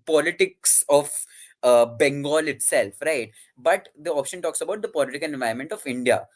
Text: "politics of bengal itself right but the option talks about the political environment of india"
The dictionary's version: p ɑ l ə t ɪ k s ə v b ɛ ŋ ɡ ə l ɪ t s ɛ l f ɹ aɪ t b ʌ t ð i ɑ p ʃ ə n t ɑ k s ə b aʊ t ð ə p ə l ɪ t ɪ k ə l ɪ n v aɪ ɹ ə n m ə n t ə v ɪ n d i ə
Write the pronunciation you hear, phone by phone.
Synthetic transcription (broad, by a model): p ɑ l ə t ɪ k s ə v b ɛ ŋ ɡ ə l ɪ t s ɛ l f ɹ aɪ t b ʌ t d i ɑ p ʃ ə n t ɑ k s ə b aʊ t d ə p ə l ɪ t ɪ k ə l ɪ n v aɪ ə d m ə n t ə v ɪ n d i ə